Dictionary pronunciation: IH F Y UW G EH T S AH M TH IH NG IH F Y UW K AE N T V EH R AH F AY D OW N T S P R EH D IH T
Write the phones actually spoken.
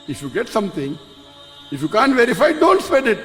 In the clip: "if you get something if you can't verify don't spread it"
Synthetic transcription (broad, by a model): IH F Y UW G EH T S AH M T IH NG IH F Y UW K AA N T V EH R AH F AY D OW N T S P EH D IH T